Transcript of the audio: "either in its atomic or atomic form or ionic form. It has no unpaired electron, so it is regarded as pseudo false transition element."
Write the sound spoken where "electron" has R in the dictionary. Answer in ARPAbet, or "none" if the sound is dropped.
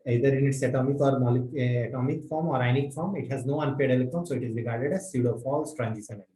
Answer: none